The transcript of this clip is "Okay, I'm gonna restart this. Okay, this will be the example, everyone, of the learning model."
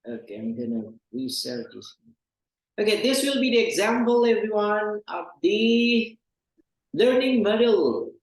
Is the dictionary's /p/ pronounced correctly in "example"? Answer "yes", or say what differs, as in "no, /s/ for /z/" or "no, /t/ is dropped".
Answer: yes